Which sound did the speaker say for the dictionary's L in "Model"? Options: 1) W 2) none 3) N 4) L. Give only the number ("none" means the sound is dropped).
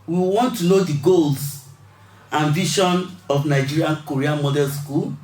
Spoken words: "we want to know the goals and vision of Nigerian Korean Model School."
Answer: 3